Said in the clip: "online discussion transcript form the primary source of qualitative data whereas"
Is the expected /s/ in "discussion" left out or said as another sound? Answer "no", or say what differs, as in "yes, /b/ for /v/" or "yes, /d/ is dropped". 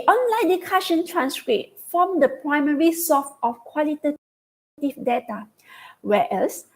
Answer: yes, /s/ is dropped